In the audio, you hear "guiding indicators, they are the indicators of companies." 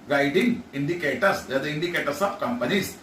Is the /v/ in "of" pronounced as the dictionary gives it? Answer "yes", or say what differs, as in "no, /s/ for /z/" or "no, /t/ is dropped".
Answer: no, /b/ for /v/